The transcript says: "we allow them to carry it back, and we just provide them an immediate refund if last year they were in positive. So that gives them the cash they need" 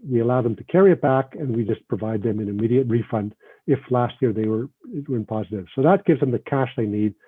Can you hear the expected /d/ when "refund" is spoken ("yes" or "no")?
yes